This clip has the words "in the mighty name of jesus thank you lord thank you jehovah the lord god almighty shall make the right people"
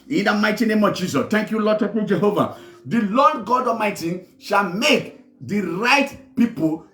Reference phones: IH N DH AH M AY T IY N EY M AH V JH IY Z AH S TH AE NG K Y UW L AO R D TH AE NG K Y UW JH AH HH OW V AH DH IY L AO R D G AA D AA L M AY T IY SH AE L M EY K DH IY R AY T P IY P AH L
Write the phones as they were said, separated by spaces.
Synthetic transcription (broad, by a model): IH N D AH M AY T IY N EY M AH V JH IY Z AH S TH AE NG K Y UW L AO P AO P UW JH AH HH OW V AH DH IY L AO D G AA D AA M AY T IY SH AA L M EY K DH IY R AY T P IY P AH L